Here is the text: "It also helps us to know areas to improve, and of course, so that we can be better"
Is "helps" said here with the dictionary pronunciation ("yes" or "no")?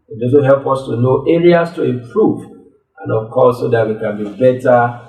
no